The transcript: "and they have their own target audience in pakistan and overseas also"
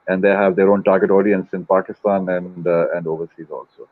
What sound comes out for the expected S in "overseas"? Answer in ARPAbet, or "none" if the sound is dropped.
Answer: S